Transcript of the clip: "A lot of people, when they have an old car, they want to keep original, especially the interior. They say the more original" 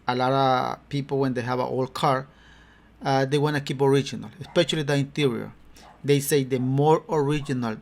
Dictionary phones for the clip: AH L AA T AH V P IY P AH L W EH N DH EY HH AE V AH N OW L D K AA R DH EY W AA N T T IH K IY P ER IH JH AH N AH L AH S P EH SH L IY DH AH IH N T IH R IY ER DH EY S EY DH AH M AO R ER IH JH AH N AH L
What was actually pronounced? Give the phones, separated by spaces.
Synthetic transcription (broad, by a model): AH L AA T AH P IY P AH L W EH N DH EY HH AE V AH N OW L K AA R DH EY W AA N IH K IY P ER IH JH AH N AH L AH S P EH SH L IY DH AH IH N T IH R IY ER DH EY S EY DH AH M AO R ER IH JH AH N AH L